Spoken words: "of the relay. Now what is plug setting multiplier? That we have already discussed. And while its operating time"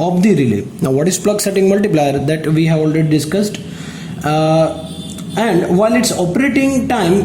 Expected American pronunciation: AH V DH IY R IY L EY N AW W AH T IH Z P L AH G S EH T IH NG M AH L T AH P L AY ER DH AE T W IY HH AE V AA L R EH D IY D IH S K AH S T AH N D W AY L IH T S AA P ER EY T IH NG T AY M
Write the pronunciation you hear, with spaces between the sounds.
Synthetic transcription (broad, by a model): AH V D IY R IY L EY N AW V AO T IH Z P L AH G S EH T IH NG M AH L T AH P L AY ER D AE T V IY HH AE V AA L R EH D IY D IH S K AH S T AH N D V AY L IH T S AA P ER EY T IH NG T AY M